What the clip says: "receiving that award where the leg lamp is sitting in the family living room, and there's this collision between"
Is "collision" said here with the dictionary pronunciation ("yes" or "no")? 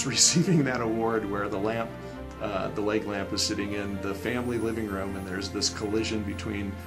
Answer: yes